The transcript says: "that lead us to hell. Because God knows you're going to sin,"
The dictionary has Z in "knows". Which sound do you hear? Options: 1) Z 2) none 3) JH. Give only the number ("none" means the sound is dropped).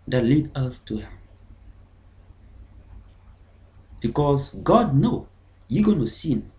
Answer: 2